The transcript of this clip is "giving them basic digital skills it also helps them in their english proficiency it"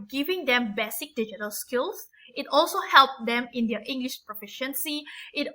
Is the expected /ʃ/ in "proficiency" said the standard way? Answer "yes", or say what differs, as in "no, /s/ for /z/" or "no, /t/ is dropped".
yes